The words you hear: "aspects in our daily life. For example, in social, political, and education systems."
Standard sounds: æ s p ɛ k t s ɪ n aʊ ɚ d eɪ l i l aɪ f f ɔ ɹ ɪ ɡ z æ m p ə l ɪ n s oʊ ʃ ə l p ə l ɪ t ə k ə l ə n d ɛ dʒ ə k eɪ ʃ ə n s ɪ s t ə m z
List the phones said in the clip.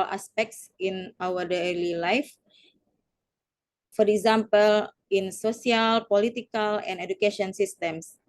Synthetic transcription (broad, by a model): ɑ s p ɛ k t s ɪ n aʊ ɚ d eɪ l i l aɪ f f ɔ ɹ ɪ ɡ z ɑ m p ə l ɪ n s oʊ s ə l p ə l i t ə k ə l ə n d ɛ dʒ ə k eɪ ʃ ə n s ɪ s t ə m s